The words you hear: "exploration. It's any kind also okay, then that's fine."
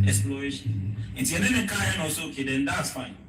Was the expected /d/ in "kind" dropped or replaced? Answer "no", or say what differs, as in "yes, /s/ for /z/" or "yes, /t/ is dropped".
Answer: yes, /d/ is dropped